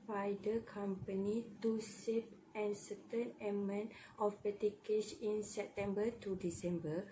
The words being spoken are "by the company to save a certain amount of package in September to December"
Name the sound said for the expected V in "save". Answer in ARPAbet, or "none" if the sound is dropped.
P